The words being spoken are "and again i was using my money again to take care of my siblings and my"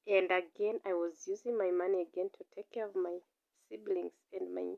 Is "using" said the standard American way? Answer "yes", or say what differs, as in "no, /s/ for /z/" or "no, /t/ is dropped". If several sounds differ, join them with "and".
yes